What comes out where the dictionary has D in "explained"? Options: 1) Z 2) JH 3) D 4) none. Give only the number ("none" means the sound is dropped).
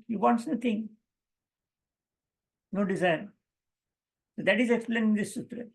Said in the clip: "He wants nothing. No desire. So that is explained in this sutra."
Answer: 4